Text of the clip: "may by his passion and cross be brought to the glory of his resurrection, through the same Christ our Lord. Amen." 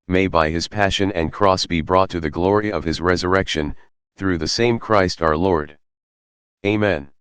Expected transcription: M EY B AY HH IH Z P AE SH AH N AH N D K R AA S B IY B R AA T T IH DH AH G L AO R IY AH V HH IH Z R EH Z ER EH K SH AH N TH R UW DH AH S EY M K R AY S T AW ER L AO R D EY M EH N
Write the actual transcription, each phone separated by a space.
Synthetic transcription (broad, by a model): M EY B AY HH IH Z P AE SH AH N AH N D K R AA S B IY B R AA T T IH DH AH G L AO R IY AH V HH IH Z R EH Z ER EH K SH AH N TH R UW DH AH S EY M K R AY S T AW ER L AO R D EY M EH N